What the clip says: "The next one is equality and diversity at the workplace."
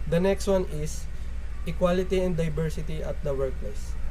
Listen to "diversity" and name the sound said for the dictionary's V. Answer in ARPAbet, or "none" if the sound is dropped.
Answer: B